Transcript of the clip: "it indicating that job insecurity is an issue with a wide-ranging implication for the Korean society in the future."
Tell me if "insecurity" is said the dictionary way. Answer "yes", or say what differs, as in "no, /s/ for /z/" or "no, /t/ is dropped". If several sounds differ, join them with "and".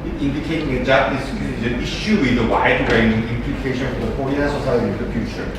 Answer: no, /n/ is dropped